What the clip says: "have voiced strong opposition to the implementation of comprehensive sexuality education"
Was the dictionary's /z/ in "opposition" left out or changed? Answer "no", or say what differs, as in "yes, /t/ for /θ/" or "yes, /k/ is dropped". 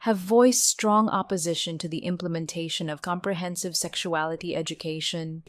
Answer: no